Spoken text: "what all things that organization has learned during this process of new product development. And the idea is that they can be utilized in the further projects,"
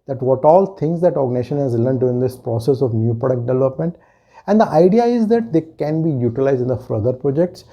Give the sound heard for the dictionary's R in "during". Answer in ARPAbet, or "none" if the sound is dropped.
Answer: none